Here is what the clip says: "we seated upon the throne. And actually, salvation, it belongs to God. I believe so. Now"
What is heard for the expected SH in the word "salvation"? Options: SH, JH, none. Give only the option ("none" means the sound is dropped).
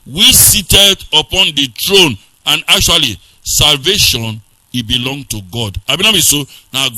SH